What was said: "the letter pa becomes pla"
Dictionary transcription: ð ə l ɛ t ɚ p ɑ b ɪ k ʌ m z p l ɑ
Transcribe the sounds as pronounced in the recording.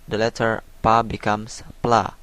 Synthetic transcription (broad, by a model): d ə l ɛ t ɚ p ɑ b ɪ k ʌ m s p l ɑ